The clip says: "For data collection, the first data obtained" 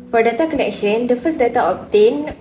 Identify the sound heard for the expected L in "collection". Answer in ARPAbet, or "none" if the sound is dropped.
N